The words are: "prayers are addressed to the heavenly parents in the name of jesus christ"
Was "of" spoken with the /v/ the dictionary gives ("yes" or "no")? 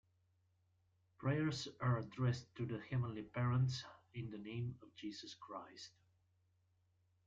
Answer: yes